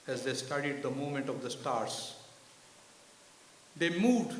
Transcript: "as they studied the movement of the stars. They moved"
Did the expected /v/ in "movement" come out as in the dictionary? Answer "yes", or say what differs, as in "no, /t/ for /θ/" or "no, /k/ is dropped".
no, /v/ is dropped